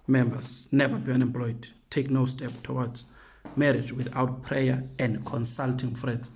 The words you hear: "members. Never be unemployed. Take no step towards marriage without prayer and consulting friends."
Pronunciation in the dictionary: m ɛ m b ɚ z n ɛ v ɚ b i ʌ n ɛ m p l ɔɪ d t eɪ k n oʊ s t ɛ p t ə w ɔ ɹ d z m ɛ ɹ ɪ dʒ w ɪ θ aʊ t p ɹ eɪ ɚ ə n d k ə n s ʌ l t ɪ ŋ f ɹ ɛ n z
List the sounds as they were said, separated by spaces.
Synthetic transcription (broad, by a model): m ɛ m b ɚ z n ɛ v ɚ b i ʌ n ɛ m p l ɔɪ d t eɪ k n oʊ s t ɛ p t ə w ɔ d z m ɛ ɹ ɪ dʒ w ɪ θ aʊ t p ɹ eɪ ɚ ə n d k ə n s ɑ l t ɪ ŋ f ɹ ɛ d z